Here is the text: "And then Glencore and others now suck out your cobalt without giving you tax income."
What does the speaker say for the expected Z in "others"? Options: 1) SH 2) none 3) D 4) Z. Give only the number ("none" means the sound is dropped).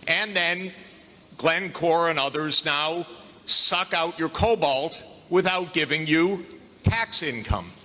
4